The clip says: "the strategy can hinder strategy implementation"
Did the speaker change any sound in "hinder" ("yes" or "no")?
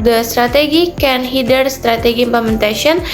yes